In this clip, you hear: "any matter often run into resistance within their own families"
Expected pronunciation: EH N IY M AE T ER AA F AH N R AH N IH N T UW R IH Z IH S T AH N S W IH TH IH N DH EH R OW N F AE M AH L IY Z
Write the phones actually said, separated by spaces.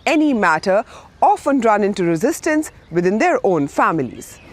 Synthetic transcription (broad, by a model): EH N IY M AE T ER AA F AH N R AH N IH N T UW R IH Z IH S T AH N S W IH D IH N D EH R OW N F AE M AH L IY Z